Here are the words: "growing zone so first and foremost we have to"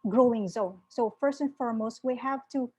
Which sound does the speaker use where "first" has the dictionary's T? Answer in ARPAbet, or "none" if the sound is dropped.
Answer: T